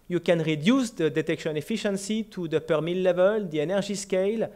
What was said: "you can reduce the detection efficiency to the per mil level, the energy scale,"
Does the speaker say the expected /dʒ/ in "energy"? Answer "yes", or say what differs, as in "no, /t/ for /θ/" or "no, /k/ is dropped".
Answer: no, /ʒ/ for /dʒ/